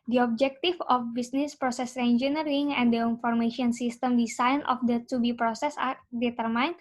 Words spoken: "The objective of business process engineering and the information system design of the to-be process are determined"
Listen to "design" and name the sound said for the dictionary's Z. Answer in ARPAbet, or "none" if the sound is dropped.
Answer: S